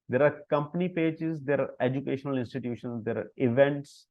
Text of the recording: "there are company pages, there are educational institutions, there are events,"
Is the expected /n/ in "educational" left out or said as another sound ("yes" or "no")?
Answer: no